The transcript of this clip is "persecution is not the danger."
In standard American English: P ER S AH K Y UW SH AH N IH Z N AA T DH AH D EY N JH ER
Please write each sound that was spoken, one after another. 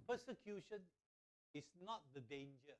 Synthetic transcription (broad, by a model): P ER S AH K Y UW SH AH N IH S N AA T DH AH D EY N JH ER